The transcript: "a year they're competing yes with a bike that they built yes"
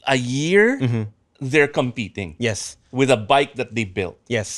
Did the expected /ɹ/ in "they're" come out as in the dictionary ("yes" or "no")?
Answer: yes